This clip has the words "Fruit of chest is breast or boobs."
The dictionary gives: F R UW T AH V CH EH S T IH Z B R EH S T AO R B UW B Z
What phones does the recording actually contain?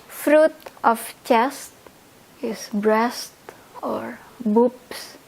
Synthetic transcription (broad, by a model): F R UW T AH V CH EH S T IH S B R EH S T AO R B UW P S